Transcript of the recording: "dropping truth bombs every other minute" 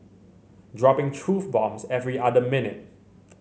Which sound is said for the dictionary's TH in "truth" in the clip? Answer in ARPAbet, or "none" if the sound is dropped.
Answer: F